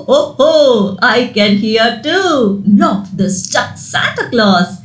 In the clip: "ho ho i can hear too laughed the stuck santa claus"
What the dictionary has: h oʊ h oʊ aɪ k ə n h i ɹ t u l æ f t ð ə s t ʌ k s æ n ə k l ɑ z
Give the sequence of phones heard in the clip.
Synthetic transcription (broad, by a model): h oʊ h oʊ aɪ k ə n h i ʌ t u n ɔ t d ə s t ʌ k s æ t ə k l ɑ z